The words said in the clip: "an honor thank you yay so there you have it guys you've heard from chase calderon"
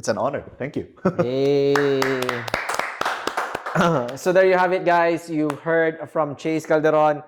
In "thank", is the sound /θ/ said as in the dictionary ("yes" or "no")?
no